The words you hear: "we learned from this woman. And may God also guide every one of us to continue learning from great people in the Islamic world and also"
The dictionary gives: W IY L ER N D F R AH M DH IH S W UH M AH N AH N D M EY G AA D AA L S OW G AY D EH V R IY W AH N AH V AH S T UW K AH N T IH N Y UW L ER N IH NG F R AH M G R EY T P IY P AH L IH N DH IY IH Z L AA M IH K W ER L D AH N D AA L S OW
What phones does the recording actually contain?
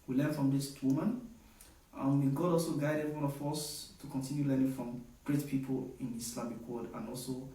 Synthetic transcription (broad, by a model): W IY L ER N F R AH M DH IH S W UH M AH N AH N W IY G AA D AA L S OW G AY D EH V R IY W AH N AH F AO S T UW K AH N T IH N Y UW L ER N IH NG F R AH M G R EY T P IY P AH L IH N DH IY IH S L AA M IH K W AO D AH N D AA L S OW